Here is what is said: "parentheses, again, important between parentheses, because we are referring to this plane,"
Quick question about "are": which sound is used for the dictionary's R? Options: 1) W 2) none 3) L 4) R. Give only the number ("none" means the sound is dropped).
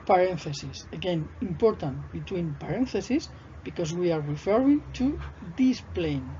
4